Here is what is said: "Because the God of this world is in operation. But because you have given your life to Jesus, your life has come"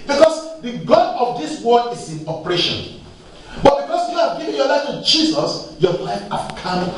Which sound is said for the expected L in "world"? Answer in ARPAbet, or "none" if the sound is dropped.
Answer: none